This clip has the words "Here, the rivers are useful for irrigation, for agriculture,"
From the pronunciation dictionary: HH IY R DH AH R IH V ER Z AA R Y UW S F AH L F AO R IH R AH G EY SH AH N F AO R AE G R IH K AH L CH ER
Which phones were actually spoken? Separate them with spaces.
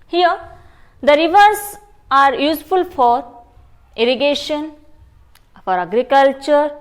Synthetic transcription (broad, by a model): HH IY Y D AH R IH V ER S AA R Y UW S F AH L F AO R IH R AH G EY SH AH N F AO R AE G R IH K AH L CH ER